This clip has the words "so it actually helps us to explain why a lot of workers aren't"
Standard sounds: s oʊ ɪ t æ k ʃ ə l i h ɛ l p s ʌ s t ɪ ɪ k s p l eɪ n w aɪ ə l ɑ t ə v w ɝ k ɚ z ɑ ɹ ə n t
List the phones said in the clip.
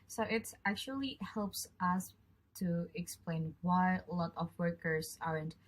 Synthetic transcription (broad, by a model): s oʊ ɪ t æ k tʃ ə l i h ɛ l p s ʌ s t ɪ ɪ k s p l eɪ n w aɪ ə l ɑ t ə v w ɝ k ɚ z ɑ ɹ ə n